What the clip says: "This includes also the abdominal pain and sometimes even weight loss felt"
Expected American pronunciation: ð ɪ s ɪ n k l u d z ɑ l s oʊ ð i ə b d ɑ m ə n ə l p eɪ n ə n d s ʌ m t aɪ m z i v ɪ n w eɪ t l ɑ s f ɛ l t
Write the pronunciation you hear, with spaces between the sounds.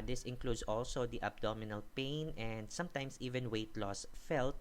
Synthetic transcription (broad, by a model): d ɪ s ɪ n k l u d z ɑ l s oʊ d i ə b d ɑ m ə n ə l p eɪ n ə n d s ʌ m t aɪ m s i v ɪ n w eɪ t l ɑ s f ɛ l t